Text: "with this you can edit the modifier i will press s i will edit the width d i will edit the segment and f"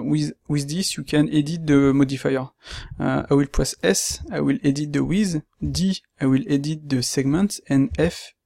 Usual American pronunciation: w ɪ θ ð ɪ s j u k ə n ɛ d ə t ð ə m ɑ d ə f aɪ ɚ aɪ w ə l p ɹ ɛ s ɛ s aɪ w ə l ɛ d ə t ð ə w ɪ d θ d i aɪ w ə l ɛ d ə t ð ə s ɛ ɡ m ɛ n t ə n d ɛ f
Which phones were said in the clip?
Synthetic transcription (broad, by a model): w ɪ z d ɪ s j u k ə n ɛ d ə t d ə m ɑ d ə f aɪ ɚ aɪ w ə l p w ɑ s ɛ s aɪ w ə l ɛ d ə t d ə w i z d i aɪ w ə l ɛ d ə t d ə s ɛ ɡ m ɛ n t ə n ɛ f